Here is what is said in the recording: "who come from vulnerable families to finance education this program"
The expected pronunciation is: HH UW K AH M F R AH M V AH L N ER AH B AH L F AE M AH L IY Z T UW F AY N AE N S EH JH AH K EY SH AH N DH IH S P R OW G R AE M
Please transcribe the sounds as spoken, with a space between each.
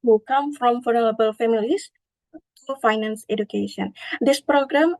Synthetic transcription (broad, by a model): HH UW K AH M F R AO M F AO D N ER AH B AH L F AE M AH L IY S T UW F AY N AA N S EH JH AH K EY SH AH N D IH S P R OW G R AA M